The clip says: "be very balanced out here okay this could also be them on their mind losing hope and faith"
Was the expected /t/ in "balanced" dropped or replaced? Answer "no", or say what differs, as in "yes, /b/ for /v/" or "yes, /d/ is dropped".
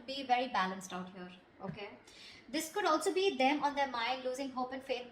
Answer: no